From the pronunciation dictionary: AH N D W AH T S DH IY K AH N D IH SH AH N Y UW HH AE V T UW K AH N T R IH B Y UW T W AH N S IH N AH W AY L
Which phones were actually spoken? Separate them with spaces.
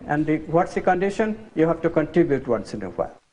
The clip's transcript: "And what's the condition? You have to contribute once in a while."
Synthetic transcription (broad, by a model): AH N D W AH T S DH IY K AH N D IH SH AH N Y UW HH AE V T UW K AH N T R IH B Y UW T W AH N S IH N AH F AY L